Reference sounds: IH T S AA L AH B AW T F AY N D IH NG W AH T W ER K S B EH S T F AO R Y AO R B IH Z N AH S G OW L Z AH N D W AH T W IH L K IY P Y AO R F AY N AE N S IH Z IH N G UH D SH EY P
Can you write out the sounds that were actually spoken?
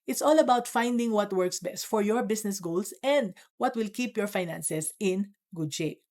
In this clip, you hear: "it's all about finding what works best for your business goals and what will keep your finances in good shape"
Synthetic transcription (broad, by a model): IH T S AA L AH B AW T F AY N D IH NG W AH T W ER K S B EH S T F AO R Y AO R B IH S N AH S G OW L S AH N D W AH T W IH L K IY P Y AO R F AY N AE N S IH S IH N G UH D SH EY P